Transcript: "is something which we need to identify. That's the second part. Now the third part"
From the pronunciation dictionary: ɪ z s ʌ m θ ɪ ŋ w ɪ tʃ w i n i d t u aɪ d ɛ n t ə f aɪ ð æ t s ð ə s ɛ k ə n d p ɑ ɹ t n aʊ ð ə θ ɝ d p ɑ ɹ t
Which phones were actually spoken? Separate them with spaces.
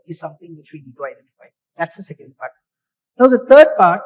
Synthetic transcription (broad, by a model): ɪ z s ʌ m t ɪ ŋ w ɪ tʃ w i n i d t u aɪ d ɛ n t ə f aɪ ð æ t s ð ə s ɛ k ə n d p ɑ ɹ t n aʊ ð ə t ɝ d p ɑ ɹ t